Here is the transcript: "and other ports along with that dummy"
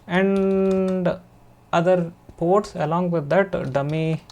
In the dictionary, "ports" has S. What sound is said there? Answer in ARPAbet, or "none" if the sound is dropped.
S